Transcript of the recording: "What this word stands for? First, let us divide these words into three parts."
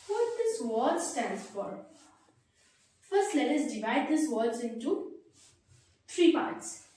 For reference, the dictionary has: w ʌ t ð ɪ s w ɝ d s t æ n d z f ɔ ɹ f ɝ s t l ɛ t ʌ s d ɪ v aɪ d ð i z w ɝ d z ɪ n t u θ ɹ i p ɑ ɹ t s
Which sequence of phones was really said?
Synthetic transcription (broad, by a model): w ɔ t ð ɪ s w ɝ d s t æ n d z f ɔ ɹ f ɝ s t l ɛ t ʌ s d ɪ v aɪ d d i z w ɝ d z ɪ n t u t ɹ i p ɑ ɹ t s